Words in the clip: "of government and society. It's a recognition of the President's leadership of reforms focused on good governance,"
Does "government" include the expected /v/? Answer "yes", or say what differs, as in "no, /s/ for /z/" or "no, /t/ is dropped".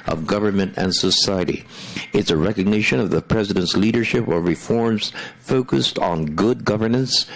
yes